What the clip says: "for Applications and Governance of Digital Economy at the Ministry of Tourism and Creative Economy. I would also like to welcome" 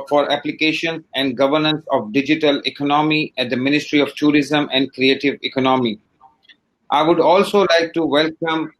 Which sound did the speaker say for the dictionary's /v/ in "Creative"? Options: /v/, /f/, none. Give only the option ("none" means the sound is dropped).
/v/